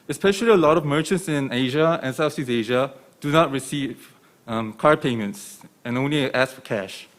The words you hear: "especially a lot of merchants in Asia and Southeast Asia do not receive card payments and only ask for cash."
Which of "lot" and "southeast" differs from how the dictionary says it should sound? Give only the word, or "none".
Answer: southeast